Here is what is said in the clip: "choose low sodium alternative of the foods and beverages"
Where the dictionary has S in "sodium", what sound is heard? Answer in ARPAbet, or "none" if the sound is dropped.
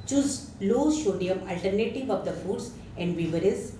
SH